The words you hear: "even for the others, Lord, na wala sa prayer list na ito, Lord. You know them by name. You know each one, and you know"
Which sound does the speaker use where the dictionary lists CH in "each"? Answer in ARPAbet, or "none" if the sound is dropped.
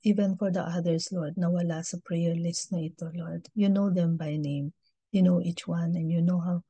CH